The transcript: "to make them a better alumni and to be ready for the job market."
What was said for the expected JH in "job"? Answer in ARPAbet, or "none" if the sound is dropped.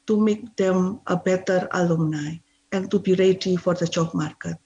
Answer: CH